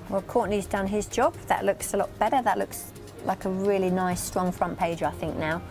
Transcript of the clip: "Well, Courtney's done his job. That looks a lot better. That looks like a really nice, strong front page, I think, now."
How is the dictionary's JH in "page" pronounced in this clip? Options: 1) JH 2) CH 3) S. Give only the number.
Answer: 1